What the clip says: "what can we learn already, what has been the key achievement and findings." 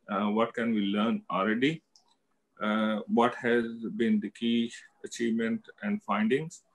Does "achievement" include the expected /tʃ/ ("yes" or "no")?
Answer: yes